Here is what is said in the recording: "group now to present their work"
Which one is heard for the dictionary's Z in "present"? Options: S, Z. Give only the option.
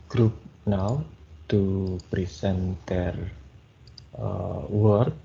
S